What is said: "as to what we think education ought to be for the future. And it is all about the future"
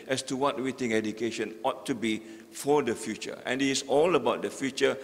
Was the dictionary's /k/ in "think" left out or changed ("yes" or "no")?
yes